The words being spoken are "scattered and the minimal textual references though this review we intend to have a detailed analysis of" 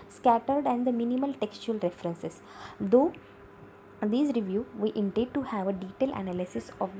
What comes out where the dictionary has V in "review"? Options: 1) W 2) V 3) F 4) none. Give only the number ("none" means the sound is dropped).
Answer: 2